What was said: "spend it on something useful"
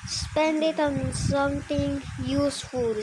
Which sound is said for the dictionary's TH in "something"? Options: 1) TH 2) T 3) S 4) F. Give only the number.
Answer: 2